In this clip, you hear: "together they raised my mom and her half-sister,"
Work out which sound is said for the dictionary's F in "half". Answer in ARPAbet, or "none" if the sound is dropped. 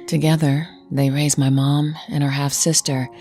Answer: F